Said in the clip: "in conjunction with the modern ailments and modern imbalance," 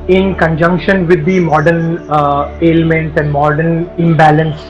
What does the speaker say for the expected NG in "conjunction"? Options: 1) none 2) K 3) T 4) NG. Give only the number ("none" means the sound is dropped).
4